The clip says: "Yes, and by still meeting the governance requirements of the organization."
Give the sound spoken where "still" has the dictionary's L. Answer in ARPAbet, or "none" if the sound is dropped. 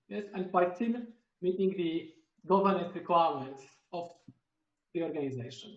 N